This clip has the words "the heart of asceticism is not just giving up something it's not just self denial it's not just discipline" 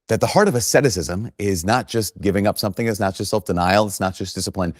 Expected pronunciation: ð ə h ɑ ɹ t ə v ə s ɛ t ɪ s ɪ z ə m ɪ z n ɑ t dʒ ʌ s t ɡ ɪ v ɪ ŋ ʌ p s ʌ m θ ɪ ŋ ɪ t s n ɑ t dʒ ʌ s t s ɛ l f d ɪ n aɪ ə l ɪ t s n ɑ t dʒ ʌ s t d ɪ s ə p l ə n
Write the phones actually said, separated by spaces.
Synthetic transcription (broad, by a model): ð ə h ɑ ɹ t ə v ə s ɛ t ɪ s ɪ z ə m ɪ z n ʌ t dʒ ʌ s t ɡ ɪ v ɪ ŋ ʌ p s ʌ m θ ɪ ŋ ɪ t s n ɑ t dʒ ʌ s t s ɛ l f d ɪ n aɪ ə l ɪ t s n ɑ t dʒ ʌ s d ɪ s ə p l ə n